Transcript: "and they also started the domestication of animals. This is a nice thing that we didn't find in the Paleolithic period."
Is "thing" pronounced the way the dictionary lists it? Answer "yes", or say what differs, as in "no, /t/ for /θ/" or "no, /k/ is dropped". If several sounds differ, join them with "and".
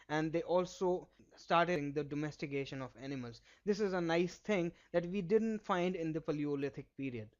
no, /t/ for /θ/